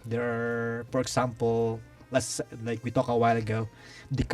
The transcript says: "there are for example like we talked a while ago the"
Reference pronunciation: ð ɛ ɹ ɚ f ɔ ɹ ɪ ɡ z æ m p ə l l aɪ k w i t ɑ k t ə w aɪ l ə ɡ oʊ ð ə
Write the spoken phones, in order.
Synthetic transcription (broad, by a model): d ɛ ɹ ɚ f ɔ ɹ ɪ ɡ s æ m p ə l l aɪ k w i t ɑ k ə w aɪ l ə ɡ oʊ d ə